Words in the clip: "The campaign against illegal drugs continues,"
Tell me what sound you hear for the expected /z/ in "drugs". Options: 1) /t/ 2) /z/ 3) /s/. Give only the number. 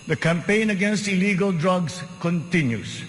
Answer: 3